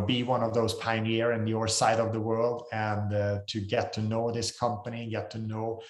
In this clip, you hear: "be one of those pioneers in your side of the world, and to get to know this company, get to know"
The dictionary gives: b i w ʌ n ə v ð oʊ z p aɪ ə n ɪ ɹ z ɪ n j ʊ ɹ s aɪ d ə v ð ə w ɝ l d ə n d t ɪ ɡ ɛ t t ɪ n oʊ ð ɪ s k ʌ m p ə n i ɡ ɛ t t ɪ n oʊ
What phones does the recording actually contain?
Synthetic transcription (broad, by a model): b i w ʌ n ə v ð oʊ z p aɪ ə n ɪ ɹ ɪ n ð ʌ ɹ s aɪ d ə v ð ə w ɝ l d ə n t ɪ ɡ ɛ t t ɪ n oʊ ð ɪ s k ʌ m p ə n i ɡ ɛ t t ɪ n oʊ